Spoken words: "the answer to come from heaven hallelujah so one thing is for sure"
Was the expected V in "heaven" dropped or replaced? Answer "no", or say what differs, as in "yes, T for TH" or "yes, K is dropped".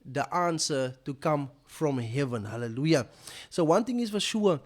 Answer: no